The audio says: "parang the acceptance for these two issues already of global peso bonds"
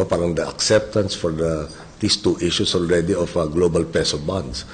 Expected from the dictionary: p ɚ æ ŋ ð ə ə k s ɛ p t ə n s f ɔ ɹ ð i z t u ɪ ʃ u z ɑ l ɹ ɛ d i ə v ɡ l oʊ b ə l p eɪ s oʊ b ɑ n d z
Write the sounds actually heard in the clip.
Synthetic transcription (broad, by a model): p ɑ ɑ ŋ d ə ə k s ɛ p t ə n s f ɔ ɹ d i s t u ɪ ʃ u s ɑ l ɹ ɛ d i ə f ɡ l oʊ b ə l p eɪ s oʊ b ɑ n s